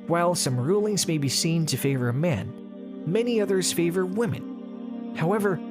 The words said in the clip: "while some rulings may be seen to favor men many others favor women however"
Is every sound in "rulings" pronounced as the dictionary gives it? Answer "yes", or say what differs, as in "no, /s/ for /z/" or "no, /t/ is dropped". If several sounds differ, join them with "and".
yes